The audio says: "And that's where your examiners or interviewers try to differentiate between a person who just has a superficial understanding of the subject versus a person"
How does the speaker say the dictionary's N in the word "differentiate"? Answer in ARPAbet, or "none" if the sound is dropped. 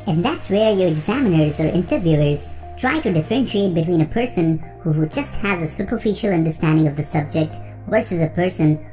N